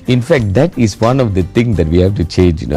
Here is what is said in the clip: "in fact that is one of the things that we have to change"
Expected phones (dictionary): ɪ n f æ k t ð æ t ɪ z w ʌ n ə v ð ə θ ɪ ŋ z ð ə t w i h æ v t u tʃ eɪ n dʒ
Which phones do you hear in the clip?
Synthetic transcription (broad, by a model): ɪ n f æ k t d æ t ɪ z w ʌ n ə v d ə t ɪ ŋ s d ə t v i h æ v t u tʃ eɪ n dʒ